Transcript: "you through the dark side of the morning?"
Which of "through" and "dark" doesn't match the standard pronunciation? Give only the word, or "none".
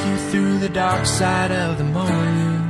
none